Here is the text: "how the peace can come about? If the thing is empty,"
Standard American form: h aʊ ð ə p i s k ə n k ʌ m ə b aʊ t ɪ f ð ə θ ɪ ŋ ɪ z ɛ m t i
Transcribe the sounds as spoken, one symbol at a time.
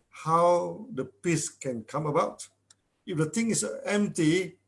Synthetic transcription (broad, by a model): h aʊ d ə p i s k ə n k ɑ m ə b aʊ t ɪ f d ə t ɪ ŋ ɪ s ɛ m t i